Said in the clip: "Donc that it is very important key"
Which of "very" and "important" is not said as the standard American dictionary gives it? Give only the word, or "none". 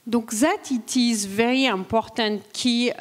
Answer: important